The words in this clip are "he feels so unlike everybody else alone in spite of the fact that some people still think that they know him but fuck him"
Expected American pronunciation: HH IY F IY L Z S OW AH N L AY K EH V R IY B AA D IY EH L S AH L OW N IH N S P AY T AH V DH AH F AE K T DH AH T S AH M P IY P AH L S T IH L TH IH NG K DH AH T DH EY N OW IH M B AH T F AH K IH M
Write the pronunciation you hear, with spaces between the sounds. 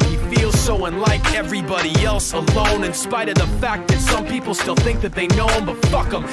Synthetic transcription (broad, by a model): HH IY F IY L Z S OW AH N L AY K EH V R IY B AA D IY EH L S AH L OW N IH N S P AY T AH V DH AH F AE K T DH AH T S AH M P IY P L S T IH L TH IH NG K DH AH T DH EY N OW IH M B AH T F AH K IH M